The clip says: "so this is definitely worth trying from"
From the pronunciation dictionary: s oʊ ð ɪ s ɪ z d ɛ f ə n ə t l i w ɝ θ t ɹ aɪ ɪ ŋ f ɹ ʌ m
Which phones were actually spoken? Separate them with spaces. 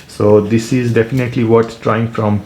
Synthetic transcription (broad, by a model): s oʊ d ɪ s ɪ z d ɛ f ə n ə t l i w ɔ s t ɹ aɪ ɪ ŋ f ɹ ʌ m